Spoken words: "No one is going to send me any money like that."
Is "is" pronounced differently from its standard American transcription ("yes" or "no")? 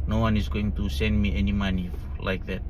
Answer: yes